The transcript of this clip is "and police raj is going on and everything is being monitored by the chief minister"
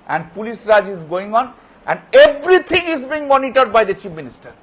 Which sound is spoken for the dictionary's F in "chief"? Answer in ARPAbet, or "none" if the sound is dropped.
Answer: P